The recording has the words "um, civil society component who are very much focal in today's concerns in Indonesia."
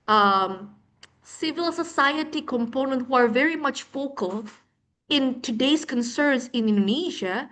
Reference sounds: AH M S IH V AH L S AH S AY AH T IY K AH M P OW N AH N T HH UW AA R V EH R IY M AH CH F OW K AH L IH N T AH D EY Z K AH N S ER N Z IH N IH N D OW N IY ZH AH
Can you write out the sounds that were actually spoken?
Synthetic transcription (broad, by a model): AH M S IH V AH L S AH S AY AH T IY K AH M P OW N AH N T HH UW AA R V EH R IY M AH CH F OW K AH L IH N T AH D EY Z K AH N S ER N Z IH N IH N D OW N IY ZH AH